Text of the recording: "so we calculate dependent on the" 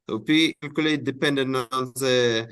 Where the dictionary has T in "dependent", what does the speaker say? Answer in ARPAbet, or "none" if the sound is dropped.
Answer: none